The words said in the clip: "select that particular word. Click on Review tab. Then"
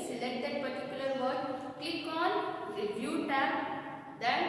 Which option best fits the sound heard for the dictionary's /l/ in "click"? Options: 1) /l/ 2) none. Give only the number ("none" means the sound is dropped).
2